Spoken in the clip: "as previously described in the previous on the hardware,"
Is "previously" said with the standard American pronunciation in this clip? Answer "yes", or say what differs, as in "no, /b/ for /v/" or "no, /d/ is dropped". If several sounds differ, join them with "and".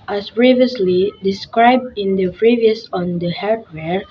yes